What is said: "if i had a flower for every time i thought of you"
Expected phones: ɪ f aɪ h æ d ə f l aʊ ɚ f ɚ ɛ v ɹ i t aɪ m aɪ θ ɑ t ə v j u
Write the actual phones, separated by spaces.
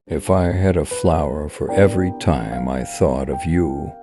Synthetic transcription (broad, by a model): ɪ f aɪ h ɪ d ə f l aʊ ɚ f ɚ ɛ v ɹ i t aɪ m aɪ θ ɑ t ə v j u